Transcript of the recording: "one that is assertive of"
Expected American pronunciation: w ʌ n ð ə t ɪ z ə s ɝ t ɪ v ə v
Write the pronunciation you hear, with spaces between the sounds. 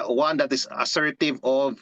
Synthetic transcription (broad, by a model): w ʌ n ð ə t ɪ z ə s ɝ t ɪ v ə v